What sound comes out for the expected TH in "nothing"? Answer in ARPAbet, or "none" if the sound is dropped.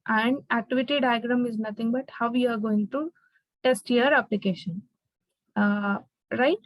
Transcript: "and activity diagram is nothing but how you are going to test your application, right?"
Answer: T